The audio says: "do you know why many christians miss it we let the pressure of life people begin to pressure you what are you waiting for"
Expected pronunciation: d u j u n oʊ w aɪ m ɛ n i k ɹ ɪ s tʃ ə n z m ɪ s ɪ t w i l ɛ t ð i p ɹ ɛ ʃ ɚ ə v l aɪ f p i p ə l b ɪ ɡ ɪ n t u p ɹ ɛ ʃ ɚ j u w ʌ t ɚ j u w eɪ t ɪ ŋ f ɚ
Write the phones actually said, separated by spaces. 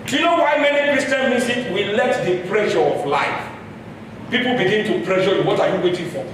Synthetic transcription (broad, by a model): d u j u n oʊ w aɪ m ɛ n i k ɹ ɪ s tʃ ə n m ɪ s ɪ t w i l ɛ t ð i p ɹ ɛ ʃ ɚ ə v l aɪ f p i p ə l b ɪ ɡ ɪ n t u p ɹ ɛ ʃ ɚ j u w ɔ t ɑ j u w eɪ t ɪ ŋ f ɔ